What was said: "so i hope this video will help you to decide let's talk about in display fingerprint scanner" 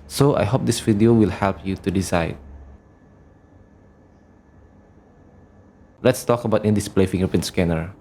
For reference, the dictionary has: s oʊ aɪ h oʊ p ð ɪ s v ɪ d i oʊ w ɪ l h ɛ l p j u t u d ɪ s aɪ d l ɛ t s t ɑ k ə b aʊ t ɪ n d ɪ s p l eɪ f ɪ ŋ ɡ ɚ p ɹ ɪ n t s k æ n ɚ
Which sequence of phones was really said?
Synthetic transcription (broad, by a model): s oʊ aɪ h oʊ p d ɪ s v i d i oʊ w ɪ l h ɛ l p j u t u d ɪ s aɪ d l ɛ t s t ɑ k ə b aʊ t ɪ n d ɪ s p l eɪ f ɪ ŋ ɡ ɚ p ɪ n s k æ n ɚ